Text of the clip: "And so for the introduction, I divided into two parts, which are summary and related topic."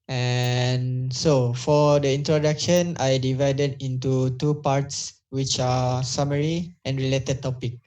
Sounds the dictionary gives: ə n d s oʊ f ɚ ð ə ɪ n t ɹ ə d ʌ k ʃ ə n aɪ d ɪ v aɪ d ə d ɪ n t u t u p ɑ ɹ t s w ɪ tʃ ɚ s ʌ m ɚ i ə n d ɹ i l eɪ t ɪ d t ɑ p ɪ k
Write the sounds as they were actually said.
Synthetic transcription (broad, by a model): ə n s oʊ f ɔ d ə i n t ɹ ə d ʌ k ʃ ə n aɪ d ɪ v aɪ d ə d ɪ n t u t u p ɑ ɹ t s w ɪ tʃ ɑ s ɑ m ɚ i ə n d ɹ i l eɪ t ɪ d t ɑ p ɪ k